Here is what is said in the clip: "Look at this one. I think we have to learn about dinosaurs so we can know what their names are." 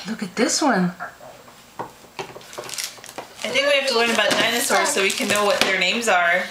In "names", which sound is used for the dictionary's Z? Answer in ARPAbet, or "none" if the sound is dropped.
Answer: Z